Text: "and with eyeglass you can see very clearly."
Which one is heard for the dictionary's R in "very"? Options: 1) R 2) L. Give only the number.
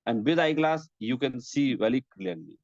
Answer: 2